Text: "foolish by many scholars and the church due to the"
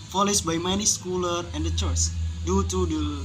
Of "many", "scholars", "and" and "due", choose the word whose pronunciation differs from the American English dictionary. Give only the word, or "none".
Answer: scholars